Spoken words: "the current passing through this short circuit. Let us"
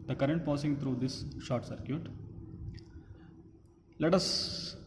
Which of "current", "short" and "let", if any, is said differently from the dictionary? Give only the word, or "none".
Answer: none